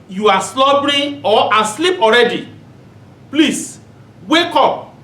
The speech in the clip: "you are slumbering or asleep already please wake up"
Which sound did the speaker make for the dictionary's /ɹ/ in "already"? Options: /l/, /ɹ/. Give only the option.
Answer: /ɹ/